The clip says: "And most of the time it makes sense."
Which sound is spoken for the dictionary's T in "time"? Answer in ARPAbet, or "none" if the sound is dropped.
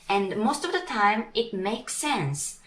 T